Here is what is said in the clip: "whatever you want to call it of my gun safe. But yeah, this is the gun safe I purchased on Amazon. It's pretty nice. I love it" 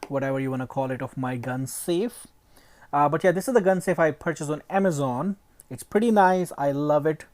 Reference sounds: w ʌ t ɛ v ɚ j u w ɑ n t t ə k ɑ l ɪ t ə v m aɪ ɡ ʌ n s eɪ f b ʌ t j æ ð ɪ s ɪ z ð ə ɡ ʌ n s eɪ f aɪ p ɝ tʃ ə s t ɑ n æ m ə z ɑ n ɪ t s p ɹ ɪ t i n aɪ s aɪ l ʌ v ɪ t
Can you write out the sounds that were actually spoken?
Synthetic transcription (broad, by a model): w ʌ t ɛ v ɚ j u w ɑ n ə k ɑ l ɪ t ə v m aɪ ɡ ʌ n s eɪ f b ʌ t j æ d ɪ s ɪ z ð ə ɡ ʌ n s eɪ f aɪ p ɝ tʃ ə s ɑ n æ m ə z ɑ n ɪ t s p ɹ ɪ t i n aɪ s aɪ l ʌ v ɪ t